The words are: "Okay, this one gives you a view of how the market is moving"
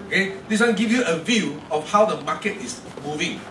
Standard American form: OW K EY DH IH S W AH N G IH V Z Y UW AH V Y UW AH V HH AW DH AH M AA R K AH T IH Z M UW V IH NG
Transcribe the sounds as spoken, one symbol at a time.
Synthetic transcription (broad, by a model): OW K EY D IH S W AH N G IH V Y UW AH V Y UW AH F HH AW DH AH M AA K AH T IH S M UW V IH NG